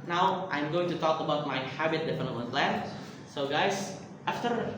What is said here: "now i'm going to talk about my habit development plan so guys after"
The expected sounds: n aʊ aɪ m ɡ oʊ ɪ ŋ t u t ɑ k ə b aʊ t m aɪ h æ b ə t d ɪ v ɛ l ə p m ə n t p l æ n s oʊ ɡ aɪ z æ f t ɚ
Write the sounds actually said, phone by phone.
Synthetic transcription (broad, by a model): n aʊ aɪ m ɡ oʊ ɪ ŋ t u t ɑ k ə b aʊ t m aɪ h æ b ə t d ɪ f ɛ n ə m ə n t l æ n s oʊ ɡ aɪ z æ f t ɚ